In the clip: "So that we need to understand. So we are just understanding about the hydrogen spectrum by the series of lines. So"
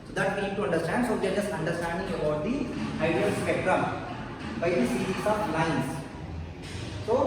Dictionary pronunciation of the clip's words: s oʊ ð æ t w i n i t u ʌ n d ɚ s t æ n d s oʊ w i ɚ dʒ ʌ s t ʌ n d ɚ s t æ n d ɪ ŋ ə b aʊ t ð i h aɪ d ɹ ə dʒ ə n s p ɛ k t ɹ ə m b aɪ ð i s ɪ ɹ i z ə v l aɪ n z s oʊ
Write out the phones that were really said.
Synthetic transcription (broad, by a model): s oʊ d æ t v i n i t u ʌ n d ɚ s t æ n d s oʊ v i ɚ dʒ ʌ s t ʌ n d ɚ s t æ n d ɪ ŋ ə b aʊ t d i aɪ d ə ə l s p ɛ k t ɹ ə m b aɪ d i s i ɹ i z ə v l aɪ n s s oʊ